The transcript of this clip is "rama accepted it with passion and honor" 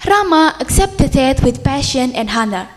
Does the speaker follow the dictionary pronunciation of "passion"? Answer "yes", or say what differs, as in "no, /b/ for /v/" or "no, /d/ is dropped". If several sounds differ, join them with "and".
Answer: yes